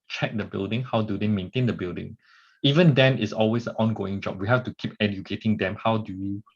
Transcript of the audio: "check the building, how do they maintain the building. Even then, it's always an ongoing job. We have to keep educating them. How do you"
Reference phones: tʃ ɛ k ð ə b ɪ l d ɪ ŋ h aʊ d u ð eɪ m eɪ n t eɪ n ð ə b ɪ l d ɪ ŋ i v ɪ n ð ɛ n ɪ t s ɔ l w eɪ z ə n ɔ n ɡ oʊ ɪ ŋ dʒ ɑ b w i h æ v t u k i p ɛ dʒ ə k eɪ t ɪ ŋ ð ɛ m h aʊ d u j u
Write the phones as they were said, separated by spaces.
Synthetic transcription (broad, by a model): tʃ ɛ k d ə b ɪ l d ɪ ŋ h aʊ d u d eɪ m eɪ n t eɪ n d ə b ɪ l d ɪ ŋ i v ɪ n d ɛ n ɪ t s ɔ l w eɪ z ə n ɔ n ɡ oʊ ɪ ŋ dʒ ɑ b w i h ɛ f t u k i p ɛ dʒ ə k eɪ t ɪ ŋ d ɛ m h aʊ d u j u